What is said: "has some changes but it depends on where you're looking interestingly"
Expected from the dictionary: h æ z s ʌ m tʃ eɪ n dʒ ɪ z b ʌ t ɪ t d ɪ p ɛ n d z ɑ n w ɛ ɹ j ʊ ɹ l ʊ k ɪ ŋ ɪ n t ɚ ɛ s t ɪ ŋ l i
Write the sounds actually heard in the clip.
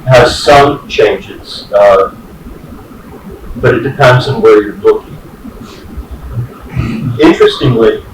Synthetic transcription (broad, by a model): h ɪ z s ʌ m tʃ eɪ n dʒ ɪ z b ʌ t ɪ t d ɪ p ɛ n d z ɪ n w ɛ ɹ j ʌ ɹ l ʊ k ɪ ŋ ɪ n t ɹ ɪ s t ɪ ŋ l i